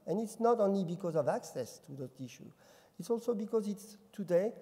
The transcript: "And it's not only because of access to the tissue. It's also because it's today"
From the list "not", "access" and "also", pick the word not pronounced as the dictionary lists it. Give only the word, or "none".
none